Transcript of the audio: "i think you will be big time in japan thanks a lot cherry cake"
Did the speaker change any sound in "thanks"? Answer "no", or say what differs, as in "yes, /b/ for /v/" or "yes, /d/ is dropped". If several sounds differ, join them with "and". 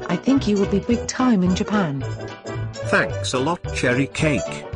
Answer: no